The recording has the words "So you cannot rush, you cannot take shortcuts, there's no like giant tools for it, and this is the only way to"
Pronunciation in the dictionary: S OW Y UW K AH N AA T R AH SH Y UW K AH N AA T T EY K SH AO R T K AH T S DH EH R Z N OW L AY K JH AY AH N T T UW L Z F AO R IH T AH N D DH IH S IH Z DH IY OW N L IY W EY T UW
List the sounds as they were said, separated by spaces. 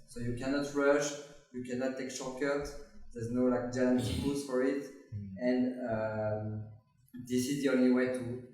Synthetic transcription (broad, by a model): S OW Y UW K AH N AA T R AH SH Y UW K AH N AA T T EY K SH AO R K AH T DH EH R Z N OW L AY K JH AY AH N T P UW Z F AO R IH T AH N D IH S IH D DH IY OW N L IY W EY T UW